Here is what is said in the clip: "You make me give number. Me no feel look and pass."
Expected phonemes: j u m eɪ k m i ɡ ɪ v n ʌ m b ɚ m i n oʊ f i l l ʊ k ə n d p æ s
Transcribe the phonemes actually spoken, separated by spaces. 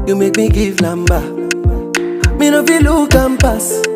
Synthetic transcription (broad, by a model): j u m eɪ k m i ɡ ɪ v l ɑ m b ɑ m i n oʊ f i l l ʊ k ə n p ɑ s